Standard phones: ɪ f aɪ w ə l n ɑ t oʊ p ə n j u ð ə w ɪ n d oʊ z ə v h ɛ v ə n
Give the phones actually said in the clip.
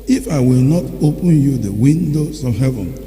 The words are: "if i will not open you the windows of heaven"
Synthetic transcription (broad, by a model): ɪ f aɪ w ə l n ɑ t oʊ p ə n j u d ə w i n d oʊ s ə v h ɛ v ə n